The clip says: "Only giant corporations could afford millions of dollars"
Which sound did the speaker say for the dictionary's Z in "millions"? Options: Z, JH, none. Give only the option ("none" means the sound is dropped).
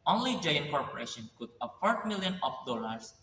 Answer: none